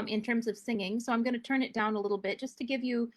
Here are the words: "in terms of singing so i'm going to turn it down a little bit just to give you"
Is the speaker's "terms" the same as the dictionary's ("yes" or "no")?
yes